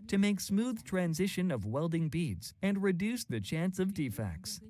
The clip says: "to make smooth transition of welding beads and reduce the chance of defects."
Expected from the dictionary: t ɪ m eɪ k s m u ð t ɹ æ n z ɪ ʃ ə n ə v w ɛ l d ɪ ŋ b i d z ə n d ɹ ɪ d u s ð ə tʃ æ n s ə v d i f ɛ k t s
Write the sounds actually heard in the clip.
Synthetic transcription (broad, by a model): t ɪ m eɪ k s m u ð t ɹ æ n z ɪ ʃ ə n ə v w ɛ l d ɪ ŋ b i d z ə n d ɹ ɪ d u s ð ə tʃ æ n s ə v d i f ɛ k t s